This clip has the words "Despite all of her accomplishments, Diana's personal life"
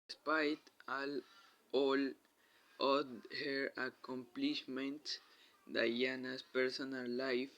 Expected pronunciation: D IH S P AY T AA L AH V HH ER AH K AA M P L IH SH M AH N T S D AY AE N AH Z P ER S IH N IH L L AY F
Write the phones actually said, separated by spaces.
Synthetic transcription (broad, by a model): S P AY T AA L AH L HH ER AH K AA M P L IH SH M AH N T D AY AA N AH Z P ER S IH N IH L L AY F